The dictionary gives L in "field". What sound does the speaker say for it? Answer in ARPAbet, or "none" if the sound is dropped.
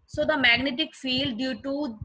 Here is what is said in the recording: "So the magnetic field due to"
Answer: L